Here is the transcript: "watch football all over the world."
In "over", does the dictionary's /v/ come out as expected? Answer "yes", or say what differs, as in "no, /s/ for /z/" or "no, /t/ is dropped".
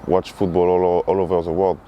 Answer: yes